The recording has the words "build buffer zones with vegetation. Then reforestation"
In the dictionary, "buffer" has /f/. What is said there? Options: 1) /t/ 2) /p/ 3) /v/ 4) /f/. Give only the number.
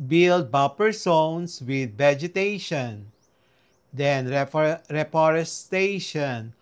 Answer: 2